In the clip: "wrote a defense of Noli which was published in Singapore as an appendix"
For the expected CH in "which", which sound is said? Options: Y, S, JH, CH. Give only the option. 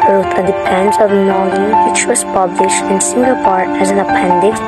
CH